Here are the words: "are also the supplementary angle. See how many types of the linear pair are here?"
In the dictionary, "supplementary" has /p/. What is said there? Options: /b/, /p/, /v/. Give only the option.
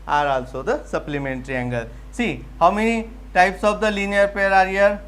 /p/